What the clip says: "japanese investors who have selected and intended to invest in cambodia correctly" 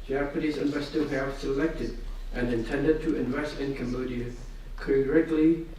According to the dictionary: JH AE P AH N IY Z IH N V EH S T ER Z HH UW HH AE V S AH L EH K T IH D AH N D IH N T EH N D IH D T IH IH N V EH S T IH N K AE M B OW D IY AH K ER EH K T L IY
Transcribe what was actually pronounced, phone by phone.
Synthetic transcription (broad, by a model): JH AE P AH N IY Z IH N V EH S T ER HH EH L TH S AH L EH K T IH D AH N IH N T EH N D IH D T IH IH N V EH S T IH N K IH M OW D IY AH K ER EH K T L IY